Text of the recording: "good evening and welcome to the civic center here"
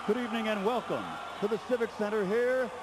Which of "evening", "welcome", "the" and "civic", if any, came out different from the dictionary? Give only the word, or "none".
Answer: none